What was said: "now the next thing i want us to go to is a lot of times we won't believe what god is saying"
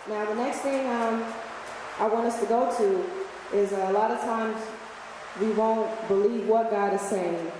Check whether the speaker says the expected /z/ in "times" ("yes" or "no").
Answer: yes